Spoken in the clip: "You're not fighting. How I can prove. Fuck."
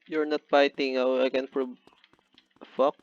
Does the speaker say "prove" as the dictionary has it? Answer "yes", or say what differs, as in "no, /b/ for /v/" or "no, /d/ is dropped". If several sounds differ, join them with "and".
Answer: no, /b/ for /v/